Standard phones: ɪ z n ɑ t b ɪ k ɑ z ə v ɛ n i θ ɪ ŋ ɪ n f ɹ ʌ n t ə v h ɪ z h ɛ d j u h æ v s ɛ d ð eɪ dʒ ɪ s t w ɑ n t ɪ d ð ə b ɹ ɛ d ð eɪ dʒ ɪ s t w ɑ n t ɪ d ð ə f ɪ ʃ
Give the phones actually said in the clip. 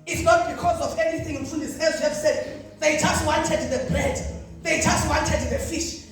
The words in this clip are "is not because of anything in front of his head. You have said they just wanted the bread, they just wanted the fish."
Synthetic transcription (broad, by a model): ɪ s n ɑ t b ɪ k ɑ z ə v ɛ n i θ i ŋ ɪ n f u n ə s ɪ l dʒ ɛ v s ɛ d ð eɪ dʒ ɪ s t w ɑ n t ɪ d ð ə b ɹ ɛ d ð eɪ dʒ ɪ s t w ɑ n t ɪ d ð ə f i ʃ